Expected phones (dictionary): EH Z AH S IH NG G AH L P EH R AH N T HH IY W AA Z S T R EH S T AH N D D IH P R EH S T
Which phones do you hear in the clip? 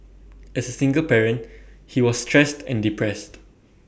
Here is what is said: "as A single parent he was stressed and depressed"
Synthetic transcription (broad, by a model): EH S AH S IH NG G AH L P EH R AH N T HH IY W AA S T R EH S T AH N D D IH P R EH S T